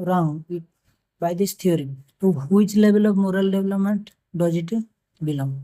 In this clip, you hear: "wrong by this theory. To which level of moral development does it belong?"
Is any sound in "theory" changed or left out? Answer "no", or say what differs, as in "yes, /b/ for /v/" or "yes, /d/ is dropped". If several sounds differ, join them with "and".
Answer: yes, /t/ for /θ/